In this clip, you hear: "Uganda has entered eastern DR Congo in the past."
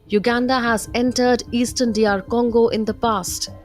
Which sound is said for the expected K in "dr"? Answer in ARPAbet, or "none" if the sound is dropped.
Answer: none